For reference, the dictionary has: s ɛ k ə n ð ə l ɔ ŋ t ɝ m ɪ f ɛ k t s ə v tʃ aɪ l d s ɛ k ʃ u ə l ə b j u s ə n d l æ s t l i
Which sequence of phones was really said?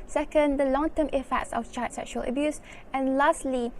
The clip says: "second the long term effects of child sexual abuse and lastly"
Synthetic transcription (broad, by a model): s ɛ k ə n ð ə l ɔ ŋ t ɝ m ɪ f ɛ k t s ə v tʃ aɪ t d s ɛ k ʃ u ə l ə b j u s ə n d l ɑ s t l i